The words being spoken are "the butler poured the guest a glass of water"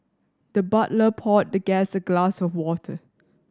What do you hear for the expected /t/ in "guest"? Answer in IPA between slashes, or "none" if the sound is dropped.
none